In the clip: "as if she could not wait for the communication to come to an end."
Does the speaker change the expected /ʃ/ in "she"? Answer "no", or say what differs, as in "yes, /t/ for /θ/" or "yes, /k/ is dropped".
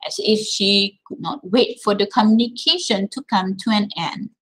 no